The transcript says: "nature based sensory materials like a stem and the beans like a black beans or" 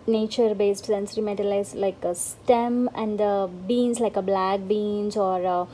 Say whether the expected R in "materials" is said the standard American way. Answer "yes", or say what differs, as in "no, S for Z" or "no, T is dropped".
no, L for R